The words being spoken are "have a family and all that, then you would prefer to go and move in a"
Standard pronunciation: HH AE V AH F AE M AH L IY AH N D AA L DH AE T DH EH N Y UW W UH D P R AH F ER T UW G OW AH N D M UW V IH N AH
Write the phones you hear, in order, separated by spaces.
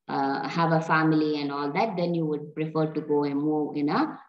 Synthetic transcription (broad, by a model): HH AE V AH F AE M AH L IY AH N D AA L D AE T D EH N Y UW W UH D P R AH F ER T UW G OW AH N M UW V IH N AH